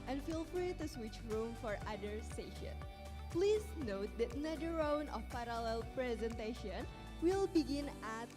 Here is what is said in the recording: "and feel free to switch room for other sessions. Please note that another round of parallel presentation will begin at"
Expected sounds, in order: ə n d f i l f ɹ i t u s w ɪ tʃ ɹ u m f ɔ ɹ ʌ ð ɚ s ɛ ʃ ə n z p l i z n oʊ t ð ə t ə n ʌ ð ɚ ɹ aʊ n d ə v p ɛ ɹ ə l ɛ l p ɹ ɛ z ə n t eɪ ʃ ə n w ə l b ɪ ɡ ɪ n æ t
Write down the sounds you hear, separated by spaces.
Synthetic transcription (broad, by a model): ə n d f i l f ɹ i t u s w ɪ tʃ ɹ u m f ɔ ɹ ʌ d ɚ s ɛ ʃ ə n p l i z n oʊ t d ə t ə n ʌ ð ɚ ɹ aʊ n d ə f p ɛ ɹ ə l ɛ l p ɹ ɛ z ə n t eɪ ʃ ə n w ə l b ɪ ɡ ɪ n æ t